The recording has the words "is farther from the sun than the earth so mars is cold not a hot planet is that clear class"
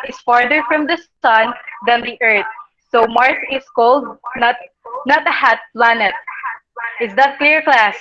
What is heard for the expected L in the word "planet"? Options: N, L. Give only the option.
L